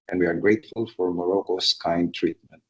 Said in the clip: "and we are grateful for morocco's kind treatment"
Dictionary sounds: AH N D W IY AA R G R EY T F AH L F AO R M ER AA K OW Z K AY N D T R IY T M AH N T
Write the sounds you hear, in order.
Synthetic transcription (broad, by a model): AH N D W IY AA R G R EY T F AH L F AO R M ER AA K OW S K AY N D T R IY T M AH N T